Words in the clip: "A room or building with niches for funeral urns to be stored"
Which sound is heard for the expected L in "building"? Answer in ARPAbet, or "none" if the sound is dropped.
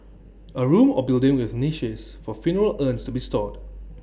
L